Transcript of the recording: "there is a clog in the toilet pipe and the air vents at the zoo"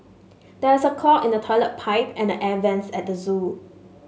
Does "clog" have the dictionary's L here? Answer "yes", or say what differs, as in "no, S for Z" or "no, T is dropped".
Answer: no, L is dropped